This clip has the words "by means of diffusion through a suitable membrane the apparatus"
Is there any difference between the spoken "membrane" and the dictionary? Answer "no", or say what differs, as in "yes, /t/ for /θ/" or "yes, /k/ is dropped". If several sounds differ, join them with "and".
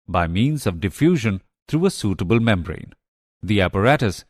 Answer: no